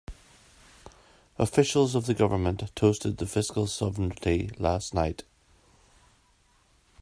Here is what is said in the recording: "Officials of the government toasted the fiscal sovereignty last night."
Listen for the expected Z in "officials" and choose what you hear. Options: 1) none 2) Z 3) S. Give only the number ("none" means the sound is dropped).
2